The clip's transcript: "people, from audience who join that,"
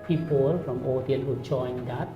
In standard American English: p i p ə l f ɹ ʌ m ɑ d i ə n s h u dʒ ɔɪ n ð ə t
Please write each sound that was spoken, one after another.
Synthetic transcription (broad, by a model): p i p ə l f ɹ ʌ m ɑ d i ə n h u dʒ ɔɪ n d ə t